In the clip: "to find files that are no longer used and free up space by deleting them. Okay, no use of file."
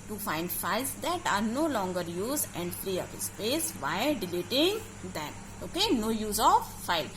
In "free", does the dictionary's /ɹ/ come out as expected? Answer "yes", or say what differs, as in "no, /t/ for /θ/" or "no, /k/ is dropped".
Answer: no, /l/ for /ɹ/